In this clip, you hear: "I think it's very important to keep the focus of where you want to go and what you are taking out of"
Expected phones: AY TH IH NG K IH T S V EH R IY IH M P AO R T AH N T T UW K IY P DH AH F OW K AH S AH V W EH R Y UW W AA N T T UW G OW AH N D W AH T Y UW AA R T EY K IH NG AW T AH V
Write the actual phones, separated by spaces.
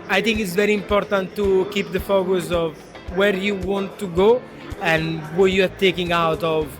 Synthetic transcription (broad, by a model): AY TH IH NG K IH T S V EH R IY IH M P AO R T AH N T T UW K IY P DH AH F OW K AH S AH V W EH R Y UW W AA N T T UW G OW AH N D W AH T Y UW AA R T EY K IH NG AW T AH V